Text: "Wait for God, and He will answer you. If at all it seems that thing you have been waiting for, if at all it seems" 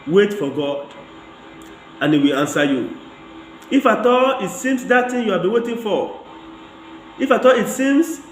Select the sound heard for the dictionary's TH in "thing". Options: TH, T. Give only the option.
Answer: T